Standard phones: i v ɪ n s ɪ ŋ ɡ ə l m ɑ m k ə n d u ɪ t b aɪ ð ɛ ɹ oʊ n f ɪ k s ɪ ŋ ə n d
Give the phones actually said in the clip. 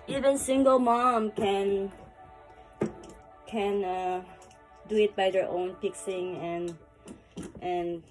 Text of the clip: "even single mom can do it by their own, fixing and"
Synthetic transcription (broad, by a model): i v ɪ n s ɪ ŋ ɡ ə l m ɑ m k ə n d u ɪ t b aɪ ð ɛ ɹ oʊ n p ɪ k s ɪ ŋ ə n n